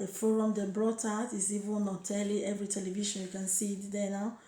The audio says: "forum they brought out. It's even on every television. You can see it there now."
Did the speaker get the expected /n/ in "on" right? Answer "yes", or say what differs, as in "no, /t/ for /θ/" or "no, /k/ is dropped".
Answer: no, /l/ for /n/